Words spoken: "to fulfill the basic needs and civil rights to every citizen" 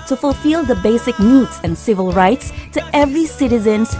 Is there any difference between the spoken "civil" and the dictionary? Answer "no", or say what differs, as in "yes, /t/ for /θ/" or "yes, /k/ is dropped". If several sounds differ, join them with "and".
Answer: no